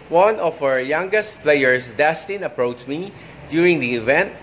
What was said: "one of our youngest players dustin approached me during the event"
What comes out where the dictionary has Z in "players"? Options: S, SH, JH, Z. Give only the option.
S